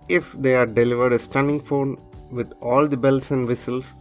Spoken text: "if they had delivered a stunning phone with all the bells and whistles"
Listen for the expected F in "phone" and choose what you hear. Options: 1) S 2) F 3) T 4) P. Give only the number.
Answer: 2